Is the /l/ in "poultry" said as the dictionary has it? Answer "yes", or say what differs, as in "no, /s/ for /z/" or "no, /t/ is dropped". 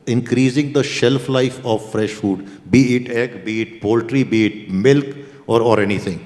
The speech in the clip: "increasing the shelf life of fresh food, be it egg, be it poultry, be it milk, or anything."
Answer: yes